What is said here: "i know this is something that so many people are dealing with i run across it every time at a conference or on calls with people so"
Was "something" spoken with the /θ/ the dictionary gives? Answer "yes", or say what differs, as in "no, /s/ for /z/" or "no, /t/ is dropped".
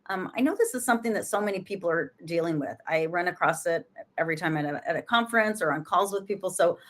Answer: yes